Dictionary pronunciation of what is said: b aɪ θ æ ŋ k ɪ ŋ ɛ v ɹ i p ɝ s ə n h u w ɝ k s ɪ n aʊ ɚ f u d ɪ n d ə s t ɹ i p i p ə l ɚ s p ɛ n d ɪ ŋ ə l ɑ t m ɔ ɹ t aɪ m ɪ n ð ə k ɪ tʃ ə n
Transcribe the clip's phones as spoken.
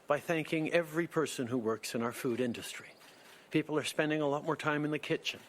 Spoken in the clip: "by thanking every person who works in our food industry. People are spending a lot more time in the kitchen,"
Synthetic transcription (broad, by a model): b aɪ θ æ ŋ k ɪ ŋ ɛ v ɹ i p ɝ s ə n h u w ɝ k s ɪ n aʊ ɚ f u d ɪ n d ə s t ɹ i p i p l ɚ s p ɛ n d ɪ ŋ ə l ɑ t m ɔ ɹ t aɪ m ɪ n ð ə k ɪ tʃ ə n